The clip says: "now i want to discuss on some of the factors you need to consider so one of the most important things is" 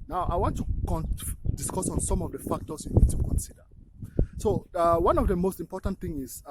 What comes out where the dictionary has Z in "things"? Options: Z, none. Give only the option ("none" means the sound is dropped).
none